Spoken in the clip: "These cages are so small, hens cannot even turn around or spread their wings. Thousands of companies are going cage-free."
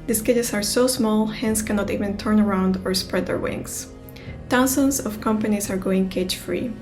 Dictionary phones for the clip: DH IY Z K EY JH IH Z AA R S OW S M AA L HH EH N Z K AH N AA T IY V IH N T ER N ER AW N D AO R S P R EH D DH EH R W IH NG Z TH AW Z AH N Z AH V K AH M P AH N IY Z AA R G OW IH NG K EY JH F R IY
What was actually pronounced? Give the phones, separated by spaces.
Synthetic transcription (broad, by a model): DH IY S K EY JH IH S AA R S OW S M AA L HH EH N S K AH N AA T IY V IH N T ER N ER AW N D AO R S P R EH D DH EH R W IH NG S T AW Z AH N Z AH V K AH M P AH N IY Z AA R G OW IH NG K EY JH F R IY